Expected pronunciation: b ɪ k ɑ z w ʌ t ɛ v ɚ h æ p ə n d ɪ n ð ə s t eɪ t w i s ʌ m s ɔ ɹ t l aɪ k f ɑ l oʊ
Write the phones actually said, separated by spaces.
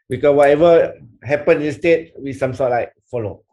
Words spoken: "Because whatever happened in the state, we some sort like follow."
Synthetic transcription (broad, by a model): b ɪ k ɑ w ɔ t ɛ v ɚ h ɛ p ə n ɪ n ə s t eɪ t w i s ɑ m s ɔ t l aɪ k f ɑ l oʊ